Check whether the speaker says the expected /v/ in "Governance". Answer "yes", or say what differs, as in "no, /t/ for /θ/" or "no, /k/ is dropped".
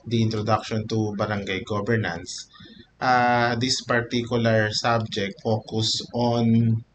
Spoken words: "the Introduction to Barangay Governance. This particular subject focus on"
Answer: no, /b/ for /v/